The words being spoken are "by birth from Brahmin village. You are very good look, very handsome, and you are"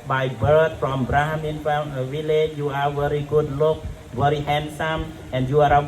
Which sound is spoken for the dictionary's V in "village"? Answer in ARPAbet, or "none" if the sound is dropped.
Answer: F